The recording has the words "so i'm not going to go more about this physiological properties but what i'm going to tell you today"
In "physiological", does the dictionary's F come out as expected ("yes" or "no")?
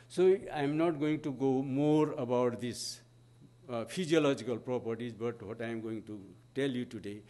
no